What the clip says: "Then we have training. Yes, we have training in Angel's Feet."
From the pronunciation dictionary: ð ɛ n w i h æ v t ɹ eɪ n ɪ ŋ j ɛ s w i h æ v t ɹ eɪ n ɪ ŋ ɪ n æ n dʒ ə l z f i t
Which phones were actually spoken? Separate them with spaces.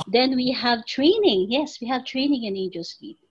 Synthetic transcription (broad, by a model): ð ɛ n w i h æ v t ɹ eɪ n ɪ ŋ j ɛ s w i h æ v t ɹ eɪ n ɪ ŋ ɪ n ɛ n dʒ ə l s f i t